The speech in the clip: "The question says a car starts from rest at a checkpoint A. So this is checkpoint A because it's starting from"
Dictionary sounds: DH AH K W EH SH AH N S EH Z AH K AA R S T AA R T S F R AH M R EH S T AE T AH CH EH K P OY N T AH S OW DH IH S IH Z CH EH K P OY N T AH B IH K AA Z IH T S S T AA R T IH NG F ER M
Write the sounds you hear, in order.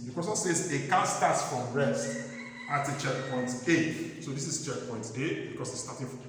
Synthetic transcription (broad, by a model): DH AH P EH S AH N S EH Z AH K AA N S T AA T F R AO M R EH S T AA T AH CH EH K P OY N T AH S OW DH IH S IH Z CH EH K P OY N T AH B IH K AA S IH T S S T AA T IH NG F